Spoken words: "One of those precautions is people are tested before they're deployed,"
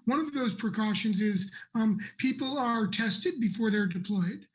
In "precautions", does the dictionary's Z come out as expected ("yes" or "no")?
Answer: yes